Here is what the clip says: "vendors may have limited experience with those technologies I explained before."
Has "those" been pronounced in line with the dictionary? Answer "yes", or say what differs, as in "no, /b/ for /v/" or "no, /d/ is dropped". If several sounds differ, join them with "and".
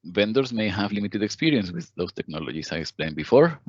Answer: no, /s/ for /z/